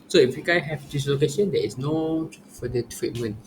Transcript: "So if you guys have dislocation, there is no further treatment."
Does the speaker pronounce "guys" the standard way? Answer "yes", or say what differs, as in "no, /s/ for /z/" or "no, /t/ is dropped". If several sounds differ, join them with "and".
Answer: no, /z/ is dropped